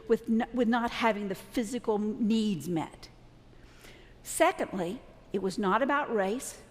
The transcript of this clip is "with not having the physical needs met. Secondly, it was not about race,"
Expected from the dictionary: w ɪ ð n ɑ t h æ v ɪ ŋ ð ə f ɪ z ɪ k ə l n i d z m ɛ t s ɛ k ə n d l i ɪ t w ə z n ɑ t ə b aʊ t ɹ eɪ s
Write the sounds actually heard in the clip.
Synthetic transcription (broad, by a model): w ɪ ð n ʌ t h æ v ɪ ŋ ð ə f ɪ z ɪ k l n i d z m ɛ t s ɛ k ə n d l i ɪ t w ə z n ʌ t ə b aʊ t ɹ eɪ s